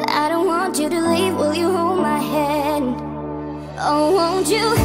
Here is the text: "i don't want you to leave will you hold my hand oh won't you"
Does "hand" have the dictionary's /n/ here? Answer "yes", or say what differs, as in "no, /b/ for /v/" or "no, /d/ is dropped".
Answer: no, /n/ is dropped